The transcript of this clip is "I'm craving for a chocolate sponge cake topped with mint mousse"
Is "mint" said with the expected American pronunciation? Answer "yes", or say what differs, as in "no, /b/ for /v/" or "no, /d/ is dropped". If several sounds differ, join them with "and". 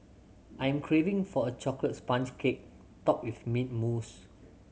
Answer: no, /n/ is dropped